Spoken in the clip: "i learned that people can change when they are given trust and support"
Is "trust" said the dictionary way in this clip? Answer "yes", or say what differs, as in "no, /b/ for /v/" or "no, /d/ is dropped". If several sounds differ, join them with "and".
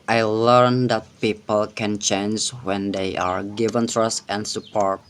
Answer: yes